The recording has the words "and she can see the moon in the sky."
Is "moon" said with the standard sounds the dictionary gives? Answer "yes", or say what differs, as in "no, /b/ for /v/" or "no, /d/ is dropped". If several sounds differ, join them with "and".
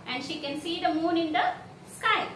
yes